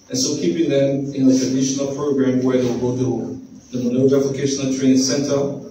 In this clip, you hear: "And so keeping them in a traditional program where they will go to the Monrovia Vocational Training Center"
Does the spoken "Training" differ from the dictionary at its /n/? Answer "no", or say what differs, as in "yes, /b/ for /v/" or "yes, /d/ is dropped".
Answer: yes, /n/ is dropped